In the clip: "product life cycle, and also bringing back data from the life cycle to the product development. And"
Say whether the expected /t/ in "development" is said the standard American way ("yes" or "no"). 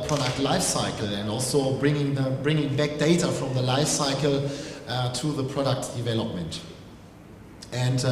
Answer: yes